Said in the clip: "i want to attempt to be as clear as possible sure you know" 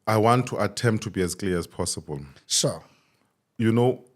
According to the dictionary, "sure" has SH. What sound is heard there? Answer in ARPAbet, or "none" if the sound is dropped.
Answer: S